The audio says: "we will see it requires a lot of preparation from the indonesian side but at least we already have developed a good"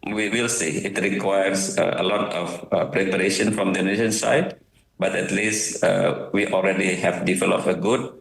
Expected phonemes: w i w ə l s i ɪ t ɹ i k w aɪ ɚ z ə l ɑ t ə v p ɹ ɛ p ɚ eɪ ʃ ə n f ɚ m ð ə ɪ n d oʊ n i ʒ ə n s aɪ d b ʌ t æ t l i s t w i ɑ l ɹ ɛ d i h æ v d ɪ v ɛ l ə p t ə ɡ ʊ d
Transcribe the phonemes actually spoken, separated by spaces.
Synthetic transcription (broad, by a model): w i w ə l s i ɪ t ɹ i k w aɪ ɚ s ə l ɑ t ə f p ɹ ɛ p ɚ eɪ ʃ ə n f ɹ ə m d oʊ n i ʃ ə n s aɪ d b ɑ t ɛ t l i s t w i ɑ l ɹ ɛ d i h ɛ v d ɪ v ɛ l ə p ə ɡ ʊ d